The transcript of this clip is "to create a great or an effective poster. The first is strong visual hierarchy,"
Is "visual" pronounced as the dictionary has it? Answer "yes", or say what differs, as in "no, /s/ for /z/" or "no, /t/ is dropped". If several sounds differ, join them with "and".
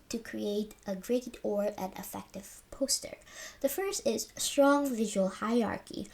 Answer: yes